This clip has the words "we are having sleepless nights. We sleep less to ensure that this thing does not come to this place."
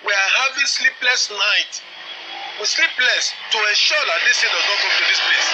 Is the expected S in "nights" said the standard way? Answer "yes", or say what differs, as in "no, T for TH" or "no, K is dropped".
no, S is dropped